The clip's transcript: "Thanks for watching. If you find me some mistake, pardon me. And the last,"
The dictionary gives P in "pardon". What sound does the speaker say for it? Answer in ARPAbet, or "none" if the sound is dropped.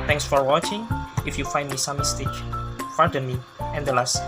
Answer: F